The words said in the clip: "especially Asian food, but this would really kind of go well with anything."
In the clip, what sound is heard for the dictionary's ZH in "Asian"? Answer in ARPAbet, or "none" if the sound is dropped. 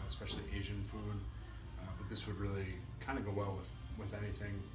ZH